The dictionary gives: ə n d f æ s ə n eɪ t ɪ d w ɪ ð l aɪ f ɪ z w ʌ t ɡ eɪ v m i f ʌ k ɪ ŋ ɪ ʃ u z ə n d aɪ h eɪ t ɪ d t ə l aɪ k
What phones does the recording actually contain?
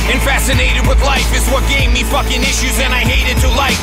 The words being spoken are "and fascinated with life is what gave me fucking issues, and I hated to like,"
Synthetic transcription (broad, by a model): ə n f æ s ə n eɪ t ɪ d w ɪ ð l aɪ f ɪ z w ʌ t ɡ eɪ v m i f ʌ k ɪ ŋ ɪ ʃ u z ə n aɪ h eɪ t ɪ d t ə l aɪ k